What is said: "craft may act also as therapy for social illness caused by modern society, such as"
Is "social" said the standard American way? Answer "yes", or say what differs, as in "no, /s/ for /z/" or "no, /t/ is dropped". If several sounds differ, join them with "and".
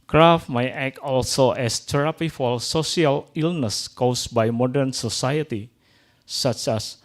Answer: no, /s/ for /ʃ/